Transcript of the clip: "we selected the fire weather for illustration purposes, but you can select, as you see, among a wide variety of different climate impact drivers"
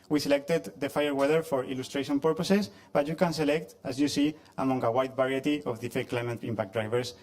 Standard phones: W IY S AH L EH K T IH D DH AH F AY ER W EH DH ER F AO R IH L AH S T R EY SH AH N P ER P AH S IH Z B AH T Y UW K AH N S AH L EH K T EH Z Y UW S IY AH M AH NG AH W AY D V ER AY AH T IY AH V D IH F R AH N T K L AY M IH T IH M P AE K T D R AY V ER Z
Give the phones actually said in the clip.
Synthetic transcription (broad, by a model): W IY S AH L EH K T IH D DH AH F AY ER W EH DH ER F AO R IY L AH S T R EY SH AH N P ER P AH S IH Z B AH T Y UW K AH N S AH L EH K T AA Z Y UW S IY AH M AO NG AH W AY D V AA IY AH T IY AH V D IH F AH K L AY M IH T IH M P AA K D R AY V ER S